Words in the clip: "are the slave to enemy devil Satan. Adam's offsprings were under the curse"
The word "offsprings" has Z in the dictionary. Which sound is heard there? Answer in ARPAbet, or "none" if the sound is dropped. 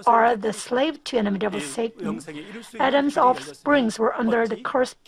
Z